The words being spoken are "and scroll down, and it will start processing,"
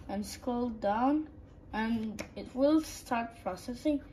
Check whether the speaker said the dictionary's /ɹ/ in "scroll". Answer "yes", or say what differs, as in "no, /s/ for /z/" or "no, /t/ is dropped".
no, /ɹ/ is dropped